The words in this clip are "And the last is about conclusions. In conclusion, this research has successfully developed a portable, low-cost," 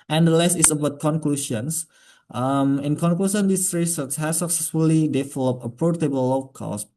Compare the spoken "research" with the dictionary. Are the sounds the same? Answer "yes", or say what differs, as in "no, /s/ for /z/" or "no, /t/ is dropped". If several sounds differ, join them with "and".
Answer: no, /s/ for /tʃ/